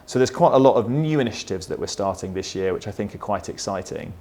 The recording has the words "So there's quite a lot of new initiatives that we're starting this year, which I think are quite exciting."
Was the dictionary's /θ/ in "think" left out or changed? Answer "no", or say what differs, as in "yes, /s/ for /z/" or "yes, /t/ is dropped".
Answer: no